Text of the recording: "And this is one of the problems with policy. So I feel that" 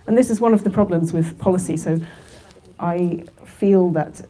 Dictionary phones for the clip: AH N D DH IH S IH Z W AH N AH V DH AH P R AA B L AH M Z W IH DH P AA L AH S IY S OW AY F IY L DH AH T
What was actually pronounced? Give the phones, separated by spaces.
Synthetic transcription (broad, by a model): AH N DH IH S IH Z W AH N AH V DH AH P R AA B L AH M Z W IH DH P AA L AH S IY S OW AY F IY L DH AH T